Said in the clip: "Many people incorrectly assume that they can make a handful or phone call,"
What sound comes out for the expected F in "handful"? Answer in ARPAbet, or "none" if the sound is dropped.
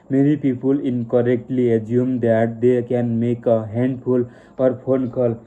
P